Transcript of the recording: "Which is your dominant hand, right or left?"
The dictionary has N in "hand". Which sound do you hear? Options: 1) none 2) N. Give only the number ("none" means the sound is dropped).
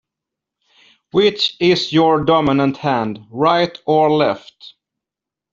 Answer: 2